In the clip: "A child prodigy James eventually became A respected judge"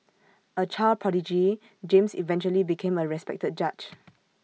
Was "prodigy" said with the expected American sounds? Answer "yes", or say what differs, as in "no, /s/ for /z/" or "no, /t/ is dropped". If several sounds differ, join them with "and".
no, /ɹ/ is dropped